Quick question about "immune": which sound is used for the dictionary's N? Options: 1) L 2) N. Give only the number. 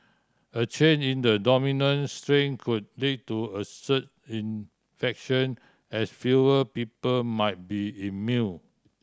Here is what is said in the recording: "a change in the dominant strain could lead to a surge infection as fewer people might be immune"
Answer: 1